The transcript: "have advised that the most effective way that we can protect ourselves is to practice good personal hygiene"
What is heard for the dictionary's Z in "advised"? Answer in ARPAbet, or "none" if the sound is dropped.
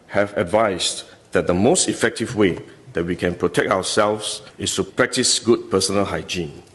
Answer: S